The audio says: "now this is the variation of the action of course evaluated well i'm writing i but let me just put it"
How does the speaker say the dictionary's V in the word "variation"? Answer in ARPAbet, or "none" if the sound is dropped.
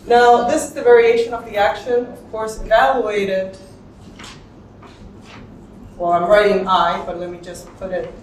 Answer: V